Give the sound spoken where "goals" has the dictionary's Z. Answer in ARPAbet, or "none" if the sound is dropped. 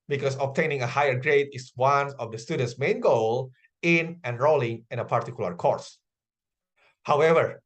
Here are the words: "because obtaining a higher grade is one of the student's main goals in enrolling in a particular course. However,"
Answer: none